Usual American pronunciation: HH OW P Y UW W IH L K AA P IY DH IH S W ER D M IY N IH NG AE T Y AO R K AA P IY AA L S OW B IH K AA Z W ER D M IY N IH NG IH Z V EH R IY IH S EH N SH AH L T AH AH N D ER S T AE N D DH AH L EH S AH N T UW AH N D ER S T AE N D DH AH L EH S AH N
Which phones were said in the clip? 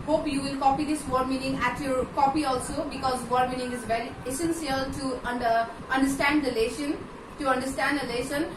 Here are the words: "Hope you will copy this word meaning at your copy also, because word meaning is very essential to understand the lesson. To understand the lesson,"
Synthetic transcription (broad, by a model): HH OW P Y UW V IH L K AA P IY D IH S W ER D M IY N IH NG AE T Y AO R K AA P IY AA L S OW B IH K AA Z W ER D M IY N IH NG IH Z V EH R IY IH S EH N S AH L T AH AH N D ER S T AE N D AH L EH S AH N T UW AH N D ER S T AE N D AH L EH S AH N